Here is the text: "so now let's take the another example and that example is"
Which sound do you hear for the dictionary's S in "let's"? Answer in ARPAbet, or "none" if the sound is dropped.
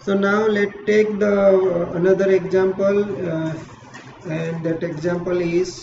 none